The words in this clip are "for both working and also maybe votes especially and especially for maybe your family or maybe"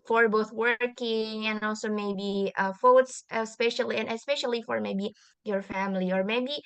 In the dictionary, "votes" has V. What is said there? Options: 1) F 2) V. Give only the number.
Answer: 1